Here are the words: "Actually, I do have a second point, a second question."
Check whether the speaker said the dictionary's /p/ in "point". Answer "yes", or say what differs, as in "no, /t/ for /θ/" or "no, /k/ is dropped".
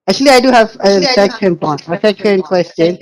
no, /b/ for /p/